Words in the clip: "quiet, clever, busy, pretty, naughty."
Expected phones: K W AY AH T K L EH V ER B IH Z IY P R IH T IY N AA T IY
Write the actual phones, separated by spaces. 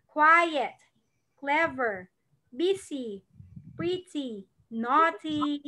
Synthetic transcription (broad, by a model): K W AY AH T K L EH V ER B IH S IY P R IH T IY N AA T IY